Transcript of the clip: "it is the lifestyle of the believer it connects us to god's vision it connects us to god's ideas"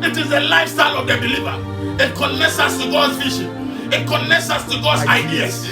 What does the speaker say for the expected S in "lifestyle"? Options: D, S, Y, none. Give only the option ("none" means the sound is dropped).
S